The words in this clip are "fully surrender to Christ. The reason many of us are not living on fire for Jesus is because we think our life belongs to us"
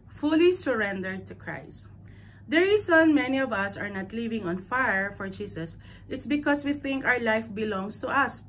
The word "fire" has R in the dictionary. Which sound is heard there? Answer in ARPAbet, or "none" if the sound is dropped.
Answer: R